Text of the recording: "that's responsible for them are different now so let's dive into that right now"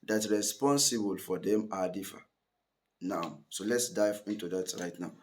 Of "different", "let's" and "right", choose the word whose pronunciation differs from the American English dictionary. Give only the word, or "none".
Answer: different